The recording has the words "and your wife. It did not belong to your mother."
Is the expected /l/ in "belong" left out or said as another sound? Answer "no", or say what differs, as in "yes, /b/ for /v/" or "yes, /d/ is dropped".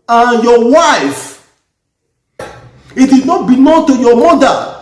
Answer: yes, /n/ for /l/